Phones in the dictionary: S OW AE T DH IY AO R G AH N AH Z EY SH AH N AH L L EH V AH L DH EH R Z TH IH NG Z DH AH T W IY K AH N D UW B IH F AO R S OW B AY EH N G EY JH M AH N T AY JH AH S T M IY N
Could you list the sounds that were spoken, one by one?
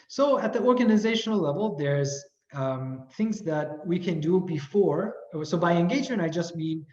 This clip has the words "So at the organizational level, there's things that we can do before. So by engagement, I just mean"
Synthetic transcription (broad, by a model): S OW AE T DH IY AO R G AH N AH Z EY SH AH N L L EH V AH L DH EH R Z TH IH NG Z DH AH T W IY K AH N D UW B IH F AO R S OW B AY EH N G EY JH AH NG AY JH AH S T M IY N